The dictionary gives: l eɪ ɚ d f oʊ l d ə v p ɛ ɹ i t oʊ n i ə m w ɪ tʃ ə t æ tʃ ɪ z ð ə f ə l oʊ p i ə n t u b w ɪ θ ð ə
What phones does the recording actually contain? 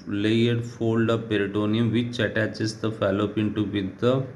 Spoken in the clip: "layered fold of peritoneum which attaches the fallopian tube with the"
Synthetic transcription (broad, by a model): l eɪ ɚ d f oʊ l d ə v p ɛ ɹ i t oʊ n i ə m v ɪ tʃ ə t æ tʃ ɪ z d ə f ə l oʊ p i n t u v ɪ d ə